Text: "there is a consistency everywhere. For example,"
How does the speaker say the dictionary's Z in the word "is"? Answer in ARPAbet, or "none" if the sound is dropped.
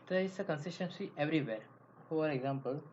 S